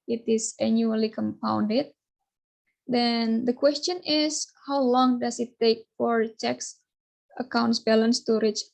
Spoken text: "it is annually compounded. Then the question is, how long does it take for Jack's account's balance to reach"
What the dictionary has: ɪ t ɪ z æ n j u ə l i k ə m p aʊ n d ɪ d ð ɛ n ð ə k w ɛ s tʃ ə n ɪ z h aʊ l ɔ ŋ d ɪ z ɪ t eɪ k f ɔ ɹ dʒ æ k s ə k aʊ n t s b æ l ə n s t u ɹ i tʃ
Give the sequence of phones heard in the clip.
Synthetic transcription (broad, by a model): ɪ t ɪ s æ n j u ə l i k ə m p aʊ n d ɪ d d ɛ n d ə k w ɛ s tʃ ə n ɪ s h aʊ l ɔ ŋ d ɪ s ɪ t eɪ k f ɔ ɹ tʃ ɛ k s ə k aʊ n t s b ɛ l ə n s t u ɹ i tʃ